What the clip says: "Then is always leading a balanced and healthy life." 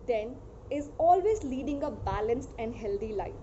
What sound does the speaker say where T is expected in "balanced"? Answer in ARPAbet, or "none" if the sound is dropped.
T